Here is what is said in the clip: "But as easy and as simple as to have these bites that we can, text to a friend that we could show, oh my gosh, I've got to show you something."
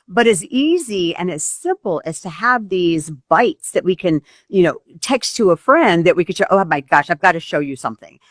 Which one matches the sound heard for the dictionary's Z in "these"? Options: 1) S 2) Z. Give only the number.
2